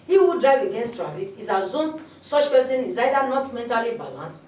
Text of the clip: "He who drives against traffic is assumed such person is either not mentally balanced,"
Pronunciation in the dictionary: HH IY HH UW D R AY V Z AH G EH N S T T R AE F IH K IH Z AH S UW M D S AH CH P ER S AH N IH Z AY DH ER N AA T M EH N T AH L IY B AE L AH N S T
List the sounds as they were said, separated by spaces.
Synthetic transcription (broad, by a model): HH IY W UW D R AY V AH G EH N S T T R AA F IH K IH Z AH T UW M S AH CH P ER S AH N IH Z AY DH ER N AA T M EH N T AH L IY B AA L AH N S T